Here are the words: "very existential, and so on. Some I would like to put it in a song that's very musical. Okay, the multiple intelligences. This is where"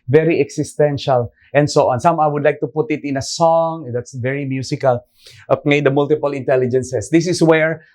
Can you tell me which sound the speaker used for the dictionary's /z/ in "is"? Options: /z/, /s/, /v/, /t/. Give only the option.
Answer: /s/